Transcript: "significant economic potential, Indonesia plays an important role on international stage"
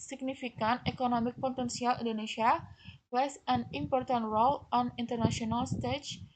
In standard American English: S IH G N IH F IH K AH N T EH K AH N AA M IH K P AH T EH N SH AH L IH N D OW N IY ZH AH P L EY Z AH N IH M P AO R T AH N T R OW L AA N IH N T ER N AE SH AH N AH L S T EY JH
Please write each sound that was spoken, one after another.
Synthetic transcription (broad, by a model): S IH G N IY F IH K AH N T EH K AH N AA M IH K P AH T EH N S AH L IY N D OW N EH S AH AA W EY S AH N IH M P AO R T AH N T R OW L AA N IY N T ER N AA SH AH N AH L S T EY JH